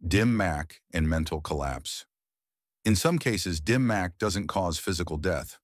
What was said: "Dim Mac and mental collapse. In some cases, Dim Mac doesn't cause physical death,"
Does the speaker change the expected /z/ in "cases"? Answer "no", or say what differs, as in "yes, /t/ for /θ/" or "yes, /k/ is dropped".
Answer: no